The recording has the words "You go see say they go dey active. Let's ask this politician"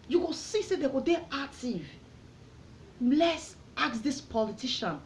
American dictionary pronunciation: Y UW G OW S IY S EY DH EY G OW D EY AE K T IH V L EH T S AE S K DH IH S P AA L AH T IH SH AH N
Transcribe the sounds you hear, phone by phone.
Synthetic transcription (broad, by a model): Y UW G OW S IY S EY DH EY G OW D EY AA T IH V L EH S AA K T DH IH S P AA L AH T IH SH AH N